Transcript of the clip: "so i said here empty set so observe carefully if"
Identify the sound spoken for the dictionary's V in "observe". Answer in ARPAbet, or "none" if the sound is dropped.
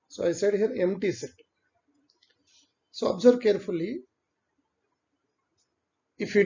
B